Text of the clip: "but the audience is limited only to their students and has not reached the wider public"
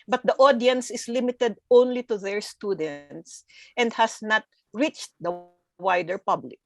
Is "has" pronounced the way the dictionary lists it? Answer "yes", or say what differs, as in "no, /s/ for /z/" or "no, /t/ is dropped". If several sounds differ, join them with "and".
no, /s/ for /z/